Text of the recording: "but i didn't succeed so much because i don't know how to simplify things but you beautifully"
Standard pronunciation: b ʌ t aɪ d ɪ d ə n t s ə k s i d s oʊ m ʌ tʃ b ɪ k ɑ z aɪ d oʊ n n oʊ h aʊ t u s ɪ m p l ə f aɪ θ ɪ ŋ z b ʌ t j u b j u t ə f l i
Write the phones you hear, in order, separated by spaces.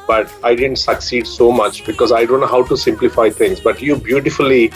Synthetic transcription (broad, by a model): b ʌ t aɪ d ɪ d ə n t s ə k s i d s oʊ m ʌ tʃ b ɪ k ɑ z aɪ d oʊ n n oʊ h aʊ t u s ɪ m p l ə f aɪ t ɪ ŋ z b ʌ t j u b j u t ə f l i